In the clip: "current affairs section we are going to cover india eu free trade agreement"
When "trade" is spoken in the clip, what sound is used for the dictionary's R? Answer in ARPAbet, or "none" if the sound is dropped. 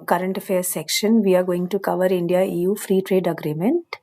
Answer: R